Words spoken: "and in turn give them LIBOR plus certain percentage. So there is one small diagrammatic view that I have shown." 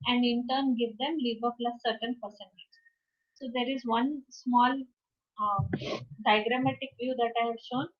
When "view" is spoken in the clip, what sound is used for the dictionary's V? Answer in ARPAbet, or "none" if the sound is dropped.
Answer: V